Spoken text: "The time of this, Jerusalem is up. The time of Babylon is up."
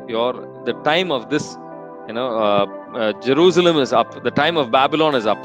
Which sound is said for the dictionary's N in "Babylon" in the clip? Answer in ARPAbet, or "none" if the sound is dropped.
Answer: N